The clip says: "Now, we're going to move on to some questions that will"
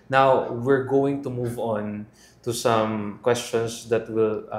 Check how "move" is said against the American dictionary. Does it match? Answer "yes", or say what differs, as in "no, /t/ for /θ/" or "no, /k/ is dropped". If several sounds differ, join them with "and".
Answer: yes